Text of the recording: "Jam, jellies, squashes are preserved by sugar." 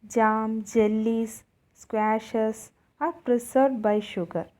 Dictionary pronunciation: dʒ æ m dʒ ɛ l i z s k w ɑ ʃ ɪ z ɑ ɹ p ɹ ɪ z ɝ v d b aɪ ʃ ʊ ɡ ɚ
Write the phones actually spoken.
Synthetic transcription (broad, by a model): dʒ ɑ m dʒ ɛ l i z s k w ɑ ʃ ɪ s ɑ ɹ p ɹ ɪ s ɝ d b aɪ ʃ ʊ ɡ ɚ